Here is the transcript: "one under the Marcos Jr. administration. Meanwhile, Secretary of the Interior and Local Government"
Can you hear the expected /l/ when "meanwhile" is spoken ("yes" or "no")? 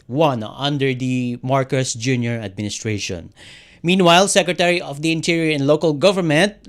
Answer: yes